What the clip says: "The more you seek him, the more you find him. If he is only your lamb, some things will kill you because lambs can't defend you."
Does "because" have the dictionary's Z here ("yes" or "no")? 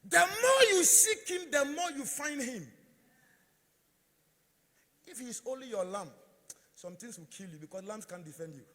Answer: no